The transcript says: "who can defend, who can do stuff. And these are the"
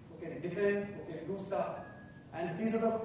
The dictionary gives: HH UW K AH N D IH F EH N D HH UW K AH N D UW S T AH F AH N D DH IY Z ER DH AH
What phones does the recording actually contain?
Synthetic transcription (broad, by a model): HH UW K AH N D IH F EH N D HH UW K AH N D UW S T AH AH N D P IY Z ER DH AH